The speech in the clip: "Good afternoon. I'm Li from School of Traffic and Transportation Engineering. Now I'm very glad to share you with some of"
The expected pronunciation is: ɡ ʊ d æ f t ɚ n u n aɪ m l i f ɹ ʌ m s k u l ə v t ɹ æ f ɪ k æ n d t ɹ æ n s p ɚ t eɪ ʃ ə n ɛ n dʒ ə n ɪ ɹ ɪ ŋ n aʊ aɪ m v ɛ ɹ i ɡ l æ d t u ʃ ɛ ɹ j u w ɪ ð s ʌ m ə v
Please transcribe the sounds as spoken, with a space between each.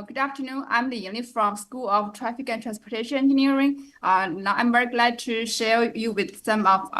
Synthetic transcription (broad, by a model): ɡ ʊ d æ f t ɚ n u n aɪ m n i f ɹ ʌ m s k u l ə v t ɹ æ f ɪ k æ n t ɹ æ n s p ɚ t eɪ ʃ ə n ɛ n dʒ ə n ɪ ɹ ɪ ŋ n aʊ aɪ m v ɛ ɹ i ɡ l æ d t u ʃ ɛ ɹ j u w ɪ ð s ʌ m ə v